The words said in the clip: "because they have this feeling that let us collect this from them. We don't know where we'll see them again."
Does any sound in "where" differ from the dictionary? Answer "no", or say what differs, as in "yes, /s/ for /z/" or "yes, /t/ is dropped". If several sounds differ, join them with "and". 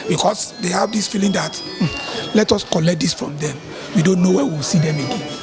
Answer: yes, /w/ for /ɹ/